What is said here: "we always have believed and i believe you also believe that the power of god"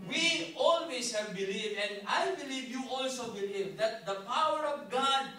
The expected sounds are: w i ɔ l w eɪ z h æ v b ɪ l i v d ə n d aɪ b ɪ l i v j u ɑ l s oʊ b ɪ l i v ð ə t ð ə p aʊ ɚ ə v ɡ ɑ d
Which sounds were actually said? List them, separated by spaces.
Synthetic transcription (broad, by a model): w i ɔ l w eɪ s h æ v b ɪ l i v ə n d aɪ b ɪ l i v j u ɑ l s oʊ b ɪ l i v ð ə t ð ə p aʊ ɚ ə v ɡ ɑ d